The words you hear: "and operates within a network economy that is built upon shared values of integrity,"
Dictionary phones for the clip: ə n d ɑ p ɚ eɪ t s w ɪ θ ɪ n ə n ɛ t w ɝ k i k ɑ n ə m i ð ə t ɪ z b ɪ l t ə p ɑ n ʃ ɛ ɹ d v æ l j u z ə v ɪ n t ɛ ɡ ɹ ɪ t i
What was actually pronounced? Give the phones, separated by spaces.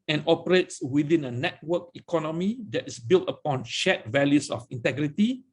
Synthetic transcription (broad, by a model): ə n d ɑ p ɚ eɪ t s w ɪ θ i n ə n ɛ t w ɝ k i k ɑ n ə m i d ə t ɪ s b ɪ l t ə p ɑ n ʃ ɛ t v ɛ l j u s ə f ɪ n t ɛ ɡ ɹ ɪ t i